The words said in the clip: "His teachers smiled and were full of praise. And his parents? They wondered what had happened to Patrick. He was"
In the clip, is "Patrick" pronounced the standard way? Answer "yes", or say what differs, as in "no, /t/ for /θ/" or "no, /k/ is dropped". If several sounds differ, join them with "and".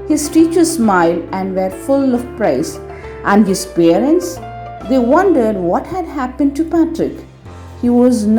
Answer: yes